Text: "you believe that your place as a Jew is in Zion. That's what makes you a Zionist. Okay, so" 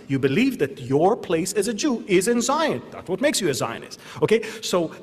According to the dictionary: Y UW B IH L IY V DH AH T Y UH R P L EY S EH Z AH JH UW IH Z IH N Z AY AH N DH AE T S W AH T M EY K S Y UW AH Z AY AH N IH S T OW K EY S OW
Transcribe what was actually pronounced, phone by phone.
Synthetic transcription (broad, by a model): Y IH B IH L IY V DH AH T Y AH R P L EY S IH Z AH JH UW IH Z IH N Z AY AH N DH AE T S W AH T M EY K S Y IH AH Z AY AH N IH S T OW K EY S OW